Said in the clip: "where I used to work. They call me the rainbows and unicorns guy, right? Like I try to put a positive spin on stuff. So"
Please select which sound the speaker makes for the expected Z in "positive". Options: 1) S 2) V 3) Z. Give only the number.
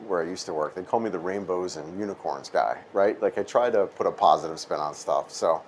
3